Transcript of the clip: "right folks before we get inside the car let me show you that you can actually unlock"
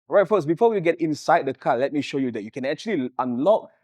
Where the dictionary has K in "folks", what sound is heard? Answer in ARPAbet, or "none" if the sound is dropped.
none